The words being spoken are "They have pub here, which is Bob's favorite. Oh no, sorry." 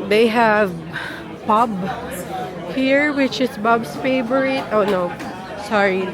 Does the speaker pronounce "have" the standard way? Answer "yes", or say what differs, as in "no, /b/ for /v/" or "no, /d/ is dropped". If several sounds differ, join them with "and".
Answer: yes